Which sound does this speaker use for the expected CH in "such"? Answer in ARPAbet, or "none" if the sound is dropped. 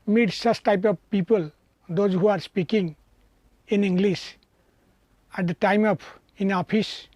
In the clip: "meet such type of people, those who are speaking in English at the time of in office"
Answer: S